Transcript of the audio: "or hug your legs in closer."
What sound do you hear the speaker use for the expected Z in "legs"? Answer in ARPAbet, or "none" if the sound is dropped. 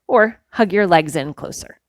Z